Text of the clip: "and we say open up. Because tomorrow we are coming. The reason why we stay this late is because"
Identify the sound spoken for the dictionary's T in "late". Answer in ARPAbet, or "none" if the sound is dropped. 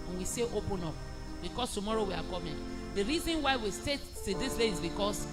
none